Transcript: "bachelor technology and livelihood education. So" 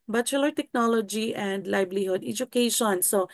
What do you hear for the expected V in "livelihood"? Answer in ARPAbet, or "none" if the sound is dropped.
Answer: B